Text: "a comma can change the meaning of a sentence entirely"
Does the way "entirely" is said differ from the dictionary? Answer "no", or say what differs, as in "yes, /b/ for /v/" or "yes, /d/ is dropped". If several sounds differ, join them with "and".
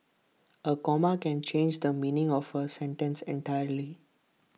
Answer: no